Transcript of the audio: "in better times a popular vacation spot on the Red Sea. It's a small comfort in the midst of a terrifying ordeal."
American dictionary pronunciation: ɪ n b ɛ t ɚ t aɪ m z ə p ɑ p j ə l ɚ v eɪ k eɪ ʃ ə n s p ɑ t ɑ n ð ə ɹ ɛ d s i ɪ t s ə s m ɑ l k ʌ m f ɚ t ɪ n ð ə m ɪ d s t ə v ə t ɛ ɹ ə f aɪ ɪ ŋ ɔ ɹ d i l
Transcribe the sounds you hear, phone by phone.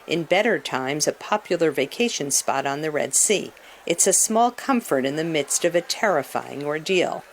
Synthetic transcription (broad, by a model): ɪ n b ɛ t ɚ t aɪ m z ə p ɑ p j l ɚ v eɪ k eɪ ʃ ə n s p ɑ t n ð ə ɹ ɛ d s i ɪ t s ə s m ɑ l k ʌ m f ɚ t ɪ n ð ə m ɪ d s t ə v ə t ɛ ɹ ə f aɪ ɪ ŋ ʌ ɹ d i l